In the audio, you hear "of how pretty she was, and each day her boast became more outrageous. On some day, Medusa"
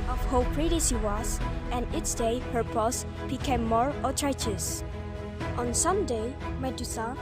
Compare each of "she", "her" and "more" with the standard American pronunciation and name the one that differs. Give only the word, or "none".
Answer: she